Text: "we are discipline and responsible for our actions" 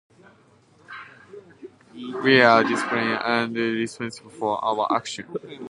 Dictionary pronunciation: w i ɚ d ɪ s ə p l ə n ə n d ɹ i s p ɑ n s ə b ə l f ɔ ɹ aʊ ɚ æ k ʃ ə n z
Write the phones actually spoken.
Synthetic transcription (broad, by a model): w i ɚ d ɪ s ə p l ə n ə n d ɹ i s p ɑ n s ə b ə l f ɔ ɹ aʊ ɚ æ k ʃ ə n